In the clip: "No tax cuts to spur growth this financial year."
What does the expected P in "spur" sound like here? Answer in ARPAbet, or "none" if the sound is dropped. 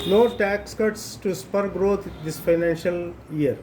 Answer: P